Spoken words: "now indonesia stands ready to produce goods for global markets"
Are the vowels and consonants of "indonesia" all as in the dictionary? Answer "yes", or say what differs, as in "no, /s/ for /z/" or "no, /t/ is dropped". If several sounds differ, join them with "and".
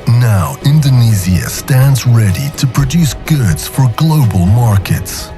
no, /z/ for /ʒ/